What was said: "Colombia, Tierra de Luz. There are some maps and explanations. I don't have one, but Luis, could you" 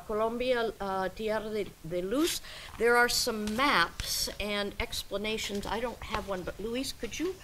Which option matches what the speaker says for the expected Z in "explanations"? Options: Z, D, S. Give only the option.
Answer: Z